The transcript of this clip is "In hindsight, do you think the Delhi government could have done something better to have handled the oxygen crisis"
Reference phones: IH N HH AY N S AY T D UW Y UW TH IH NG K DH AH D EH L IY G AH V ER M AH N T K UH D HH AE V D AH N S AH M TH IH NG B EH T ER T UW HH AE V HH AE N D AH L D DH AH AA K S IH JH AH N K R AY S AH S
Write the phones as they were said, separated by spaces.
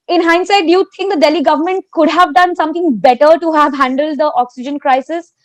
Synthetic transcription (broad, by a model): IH N HH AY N S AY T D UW Y UW T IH NG K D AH D EH L IY G AH V ER M AH N T K UH D HH AE V D AH N S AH M T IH NG B EH T ER T UW HH AE V HH AE N D AH L D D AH AA K S IH JH AH N K R AY S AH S